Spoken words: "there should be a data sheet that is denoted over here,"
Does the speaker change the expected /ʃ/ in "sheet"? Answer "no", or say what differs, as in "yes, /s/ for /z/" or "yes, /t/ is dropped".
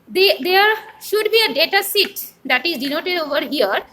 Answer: yes, /s/ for /ʃ/